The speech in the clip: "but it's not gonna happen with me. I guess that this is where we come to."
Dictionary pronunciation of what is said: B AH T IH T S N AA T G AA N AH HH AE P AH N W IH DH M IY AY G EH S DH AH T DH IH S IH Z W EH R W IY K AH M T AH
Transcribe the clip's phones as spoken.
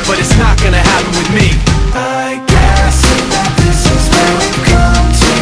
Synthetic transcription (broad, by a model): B AH T IH T S N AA T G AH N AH HH AE P AH N W IH DH M IY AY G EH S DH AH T DH IH S IH Z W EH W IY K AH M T